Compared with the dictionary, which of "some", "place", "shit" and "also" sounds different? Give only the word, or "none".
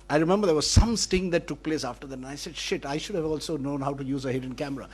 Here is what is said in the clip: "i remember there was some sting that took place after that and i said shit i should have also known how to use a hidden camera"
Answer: none